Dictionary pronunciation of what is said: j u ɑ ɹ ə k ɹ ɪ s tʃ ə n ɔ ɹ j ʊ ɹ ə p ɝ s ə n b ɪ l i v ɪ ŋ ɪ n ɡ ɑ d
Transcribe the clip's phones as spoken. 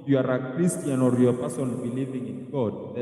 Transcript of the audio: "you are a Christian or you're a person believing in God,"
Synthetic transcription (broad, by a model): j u ɑ ɹ ə k ɹ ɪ s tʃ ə n ɔ ɹ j ə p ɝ s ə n b ɪ l i v ɪ ŋ ɪ n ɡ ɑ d